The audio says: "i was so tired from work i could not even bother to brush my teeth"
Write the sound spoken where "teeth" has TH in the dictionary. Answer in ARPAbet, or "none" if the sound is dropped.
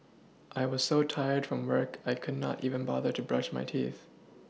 TH